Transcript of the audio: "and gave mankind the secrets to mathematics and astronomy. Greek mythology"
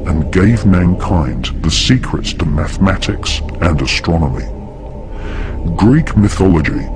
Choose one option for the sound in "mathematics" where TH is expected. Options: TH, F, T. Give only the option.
TH